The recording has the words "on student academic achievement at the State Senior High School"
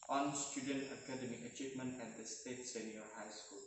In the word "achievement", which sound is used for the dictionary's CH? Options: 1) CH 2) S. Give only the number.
1